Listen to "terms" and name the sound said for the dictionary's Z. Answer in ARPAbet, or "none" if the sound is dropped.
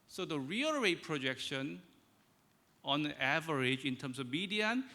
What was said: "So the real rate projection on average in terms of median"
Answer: S